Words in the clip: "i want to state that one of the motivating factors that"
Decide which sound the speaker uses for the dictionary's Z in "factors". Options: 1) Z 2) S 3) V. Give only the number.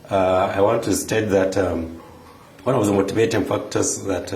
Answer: 2